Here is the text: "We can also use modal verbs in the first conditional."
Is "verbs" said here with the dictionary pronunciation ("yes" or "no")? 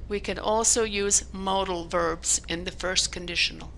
yes